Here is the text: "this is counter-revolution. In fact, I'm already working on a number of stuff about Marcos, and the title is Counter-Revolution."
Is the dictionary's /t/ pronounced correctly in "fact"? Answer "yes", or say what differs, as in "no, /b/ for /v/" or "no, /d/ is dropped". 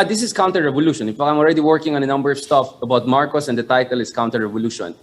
no, /t/ is dropped